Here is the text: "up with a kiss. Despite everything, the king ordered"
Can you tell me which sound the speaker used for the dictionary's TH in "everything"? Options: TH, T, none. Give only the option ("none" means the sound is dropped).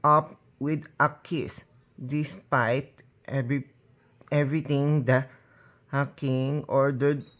T